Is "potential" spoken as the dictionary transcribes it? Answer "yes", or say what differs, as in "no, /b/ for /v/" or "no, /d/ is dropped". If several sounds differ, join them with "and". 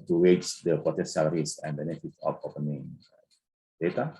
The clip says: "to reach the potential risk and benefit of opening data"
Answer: no, /s/ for /ʃ/